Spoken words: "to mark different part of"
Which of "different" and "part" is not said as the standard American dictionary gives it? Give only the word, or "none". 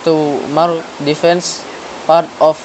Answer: different